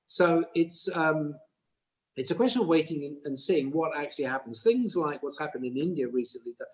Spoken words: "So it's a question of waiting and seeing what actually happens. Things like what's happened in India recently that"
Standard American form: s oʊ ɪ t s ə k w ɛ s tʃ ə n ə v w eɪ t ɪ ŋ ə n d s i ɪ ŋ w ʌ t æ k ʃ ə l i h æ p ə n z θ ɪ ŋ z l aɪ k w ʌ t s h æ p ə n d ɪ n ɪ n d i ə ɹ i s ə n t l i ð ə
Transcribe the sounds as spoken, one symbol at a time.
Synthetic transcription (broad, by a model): s oʊ ɪ t s ə k w ɛ s tʃ ə n ə v w eɪ t ɪ ŋ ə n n s i ɪ ŋ w ʌ t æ k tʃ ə l i h æ p ə n z θ ɪ ŋ z l aɪ k w ʌ t s h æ p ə n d ɪ n ɪ n d i ə ɹ i s ə n t l i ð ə